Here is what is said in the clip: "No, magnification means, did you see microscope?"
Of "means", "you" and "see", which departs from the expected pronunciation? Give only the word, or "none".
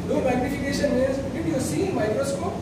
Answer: means